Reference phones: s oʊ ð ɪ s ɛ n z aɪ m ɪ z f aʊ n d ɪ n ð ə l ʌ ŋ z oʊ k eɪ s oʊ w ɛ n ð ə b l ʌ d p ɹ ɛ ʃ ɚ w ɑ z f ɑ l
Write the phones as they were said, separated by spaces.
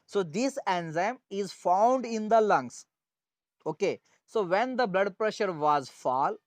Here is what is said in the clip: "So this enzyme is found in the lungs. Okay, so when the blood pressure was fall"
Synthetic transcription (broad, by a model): s oʊ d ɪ s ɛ n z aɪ m ɪ z f aʊ n d ɪ n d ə l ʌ ŋ s oʊ k eɪ s oʊ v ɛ n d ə b l ʌ d p ɹ ɛ ʃ ɚ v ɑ z f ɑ l